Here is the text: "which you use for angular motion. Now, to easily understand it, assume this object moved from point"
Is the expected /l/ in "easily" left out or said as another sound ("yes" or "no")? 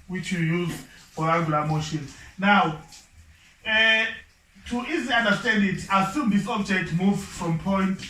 yes